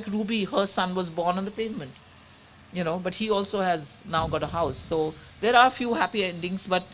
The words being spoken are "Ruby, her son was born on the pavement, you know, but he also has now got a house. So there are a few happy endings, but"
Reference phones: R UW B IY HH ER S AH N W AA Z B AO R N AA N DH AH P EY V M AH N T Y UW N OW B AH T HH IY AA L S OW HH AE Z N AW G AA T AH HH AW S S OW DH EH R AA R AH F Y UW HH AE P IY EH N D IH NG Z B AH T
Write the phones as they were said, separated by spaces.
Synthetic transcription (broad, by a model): R UW B IY HH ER S AH N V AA Z B AO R N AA N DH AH P EY V M AH N T Y UW N OW B AH T HH IY AA L S OW HH AE Z N AW G AA T AH HH AW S S OW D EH R AA R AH F Y UW HH AE P IY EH N D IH NG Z B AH T